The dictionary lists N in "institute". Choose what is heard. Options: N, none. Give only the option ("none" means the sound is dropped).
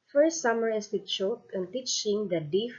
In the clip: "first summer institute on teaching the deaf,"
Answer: none